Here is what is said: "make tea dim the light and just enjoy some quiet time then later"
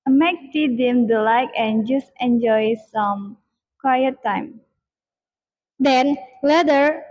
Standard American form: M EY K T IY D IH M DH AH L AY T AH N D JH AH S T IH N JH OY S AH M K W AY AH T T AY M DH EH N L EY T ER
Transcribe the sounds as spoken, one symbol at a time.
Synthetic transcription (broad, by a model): M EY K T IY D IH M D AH L AY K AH N JH AH S T IH N JH OY S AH M K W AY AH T T AY M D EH N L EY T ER